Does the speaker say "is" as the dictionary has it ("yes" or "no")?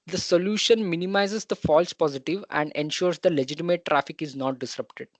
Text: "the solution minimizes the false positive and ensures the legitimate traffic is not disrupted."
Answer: yes